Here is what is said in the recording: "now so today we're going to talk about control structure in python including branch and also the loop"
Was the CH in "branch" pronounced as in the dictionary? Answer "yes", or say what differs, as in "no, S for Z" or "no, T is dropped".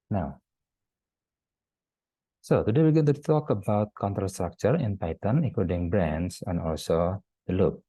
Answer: no, S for CH